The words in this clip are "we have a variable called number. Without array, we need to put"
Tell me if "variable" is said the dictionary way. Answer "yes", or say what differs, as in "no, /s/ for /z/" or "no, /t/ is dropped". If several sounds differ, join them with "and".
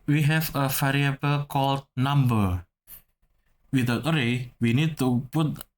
no, /f/ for /v/